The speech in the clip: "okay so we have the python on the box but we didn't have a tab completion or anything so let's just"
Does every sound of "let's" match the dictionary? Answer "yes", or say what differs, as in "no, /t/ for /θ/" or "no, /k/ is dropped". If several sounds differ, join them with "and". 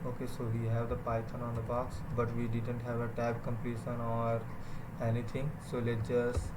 no, /s/ is dropped